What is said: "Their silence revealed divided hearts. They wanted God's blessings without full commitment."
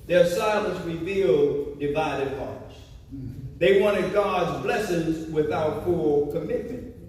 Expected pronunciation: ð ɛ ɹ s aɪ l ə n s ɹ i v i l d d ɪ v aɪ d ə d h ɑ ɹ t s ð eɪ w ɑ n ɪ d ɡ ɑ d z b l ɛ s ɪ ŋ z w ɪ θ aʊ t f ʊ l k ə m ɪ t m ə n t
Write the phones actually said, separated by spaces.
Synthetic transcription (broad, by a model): ð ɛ ɹ s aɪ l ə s ɹ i v i l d d ɪ v aɪ d ə d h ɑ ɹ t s ð eɪ w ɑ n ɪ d ɡ ɑ d z b l ɛ s ɪ ŋ z w ɪ θ aʊ t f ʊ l k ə m ɪ t m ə n t